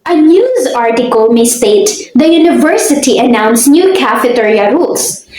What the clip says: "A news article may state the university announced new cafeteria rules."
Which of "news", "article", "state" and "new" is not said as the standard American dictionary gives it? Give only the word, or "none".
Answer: none